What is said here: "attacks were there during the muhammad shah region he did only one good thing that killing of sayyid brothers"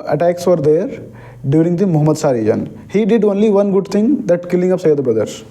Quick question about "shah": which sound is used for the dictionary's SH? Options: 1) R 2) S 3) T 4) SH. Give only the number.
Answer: 2